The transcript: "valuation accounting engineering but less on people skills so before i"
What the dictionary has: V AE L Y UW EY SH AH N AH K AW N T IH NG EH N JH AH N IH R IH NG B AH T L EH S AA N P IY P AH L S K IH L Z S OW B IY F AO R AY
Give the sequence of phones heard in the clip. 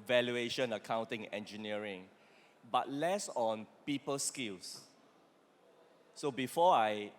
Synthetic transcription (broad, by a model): V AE L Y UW EY SH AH N AH K AW N T IH NG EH N JH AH N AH R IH NG B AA T L EH S AA N P IY P AH L S K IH L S S OW B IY F AO AY